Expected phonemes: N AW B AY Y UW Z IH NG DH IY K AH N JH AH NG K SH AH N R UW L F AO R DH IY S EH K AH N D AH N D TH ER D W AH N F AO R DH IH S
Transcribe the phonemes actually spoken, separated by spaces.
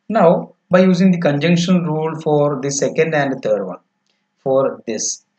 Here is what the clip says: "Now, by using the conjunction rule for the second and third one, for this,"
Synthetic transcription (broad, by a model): N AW B AY Y UW Z IH NG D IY K AH N JH AH NG K SH AH N R UW L F AO R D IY S EH K AH N D AH N D T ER D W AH N F AO R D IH S